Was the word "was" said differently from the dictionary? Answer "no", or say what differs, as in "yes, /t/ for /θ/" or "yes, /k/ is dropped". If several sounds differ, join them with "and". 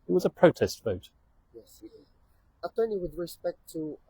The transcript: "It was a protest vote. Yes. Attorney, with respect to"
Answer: no